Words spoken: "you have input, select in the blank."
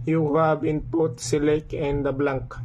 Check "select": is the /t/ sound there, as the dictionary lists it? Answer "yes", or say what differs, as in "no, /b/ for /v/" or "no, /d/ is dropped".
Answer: no, /t/ is dropped